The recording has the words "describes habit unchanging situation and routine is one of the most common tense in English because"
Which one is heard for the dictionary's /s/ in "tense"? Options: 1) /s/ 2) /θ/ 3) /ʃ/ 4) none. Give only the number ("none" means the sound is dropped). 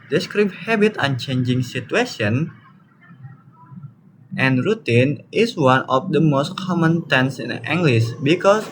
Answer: 1